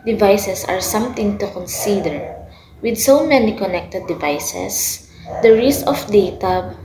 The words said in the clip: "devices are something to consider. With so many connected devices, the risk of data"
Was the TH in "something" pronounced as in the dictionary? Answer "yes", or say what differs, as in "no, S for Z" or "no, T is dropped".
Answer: no, T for TH